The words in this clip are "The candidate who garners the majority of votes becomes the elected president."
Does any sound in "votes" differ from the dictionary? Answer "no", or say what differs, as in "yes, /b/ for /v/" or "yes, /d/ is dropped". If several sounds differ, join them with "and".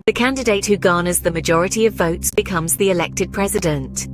no